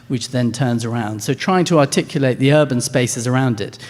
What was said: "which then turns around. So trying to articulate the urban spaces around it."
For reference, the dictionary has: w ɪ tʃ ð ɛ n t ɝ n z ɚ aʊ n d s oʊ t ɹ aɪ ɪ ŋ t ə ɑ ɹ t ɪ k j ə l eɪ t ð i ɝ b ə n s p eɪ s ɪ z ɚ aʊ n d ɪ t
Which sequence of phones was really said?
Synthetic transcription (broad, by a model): w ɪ tʃ ð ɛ n t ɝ n z ɚ aʊ n d s oʊ t ɹ aɪ ɪ ŋ t ə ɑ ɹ t ɪ k j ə l eɪ t ð i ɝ b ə n s p eɪ s ɪ z ɚ aʊ n d ɪ t